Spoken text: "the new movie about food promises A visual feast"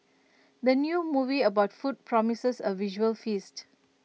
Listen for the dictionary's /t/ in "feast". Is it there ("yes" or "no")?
yes